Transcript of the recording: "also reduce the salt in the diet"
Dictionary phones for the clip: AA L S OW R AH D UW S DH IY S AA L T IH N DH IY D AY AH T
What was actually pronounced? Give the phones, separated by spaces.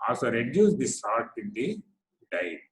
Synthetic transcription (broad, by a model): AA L S OW R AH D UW S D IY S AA T IH N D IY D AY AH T